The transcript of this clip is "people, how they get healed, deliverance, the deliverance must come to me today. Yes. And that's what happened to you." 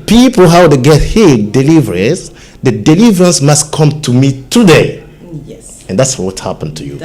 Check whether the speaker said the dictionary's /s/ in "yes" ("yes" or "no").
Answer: no